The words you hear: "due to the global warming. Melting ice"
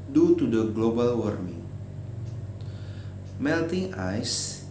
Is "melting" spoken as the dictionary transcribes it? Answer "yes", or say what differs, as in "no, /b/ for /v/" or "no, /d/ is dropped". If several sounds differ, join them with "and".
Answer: yes